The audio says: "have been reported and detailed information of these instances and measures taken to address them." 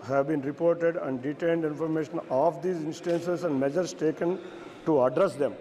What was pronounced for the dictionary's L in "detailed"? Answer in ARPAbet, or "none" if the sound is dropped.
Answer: N